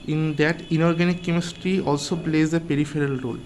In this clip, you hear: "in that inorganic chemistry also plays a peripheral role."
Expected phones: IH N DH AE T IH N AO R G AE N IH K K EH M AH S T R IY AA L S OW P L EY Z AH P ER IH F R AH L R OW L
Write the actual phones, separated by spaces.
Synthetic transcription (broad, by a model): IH N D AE T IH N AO R G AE N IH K K EH M AH S T R IY AA L S OW P L EY Z AH P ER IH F R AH L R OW L